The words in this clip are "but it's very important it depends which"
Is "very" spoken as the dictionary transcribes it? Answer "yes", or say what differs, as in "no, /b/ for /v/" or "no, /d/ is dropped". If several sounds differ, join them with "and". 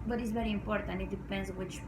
yes